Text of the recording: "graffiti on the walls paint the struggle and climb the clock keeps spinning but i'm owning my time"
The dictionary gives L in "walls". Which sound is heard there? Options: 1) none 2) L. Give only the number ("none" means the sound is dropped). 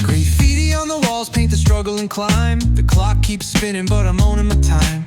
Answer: 2